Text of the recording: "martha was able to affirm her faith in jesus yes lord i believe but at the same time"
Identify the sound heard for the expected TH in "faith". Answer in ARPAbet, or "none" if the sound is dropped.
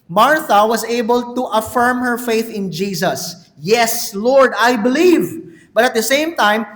TH